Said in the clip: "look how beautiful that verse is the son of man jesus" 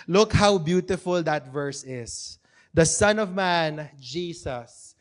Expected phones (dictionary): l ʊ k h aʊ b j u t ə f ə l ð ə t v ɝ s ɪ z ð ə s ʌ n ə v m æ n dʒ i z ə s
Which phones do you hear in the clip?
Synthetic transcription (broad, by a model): l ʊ k h aʊ b j u t ə f ə l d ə t v ɝ s ɪ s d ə s ʌ n ə v m æ n dʒ i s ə s